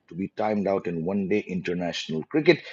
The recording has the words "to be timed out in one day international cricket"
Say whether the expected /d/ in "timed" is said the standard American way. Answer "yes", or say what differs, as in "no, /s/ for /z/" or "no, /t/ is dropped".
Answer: yes